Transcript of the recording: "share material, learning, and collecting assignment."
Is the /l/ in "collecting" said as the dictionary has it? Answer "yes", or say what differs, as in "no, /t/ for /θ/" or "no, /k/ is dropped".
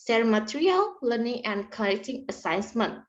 no, /n/ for /l/